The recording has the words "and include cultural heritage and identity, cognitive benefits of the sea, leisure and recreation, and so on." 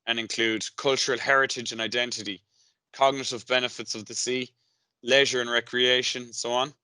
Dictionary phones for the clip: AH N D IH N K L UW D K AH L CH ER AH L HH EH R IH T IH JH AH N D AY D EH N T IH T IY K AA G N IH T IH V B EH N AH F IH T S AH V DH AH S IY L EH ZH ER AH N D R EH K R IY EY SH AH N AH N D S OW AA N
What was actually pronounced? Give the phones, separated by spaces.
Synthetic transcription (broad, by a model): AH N IH N K L UW D K AH L CH ER AH L HH EH R IH T IH JH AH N AY D EH N T IH T IY K AA G N IH T IH V B EH N AH F IH T S AH V DH AH S IY L EH ZH ER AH N R EH K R IY EY AH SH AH N S OW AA N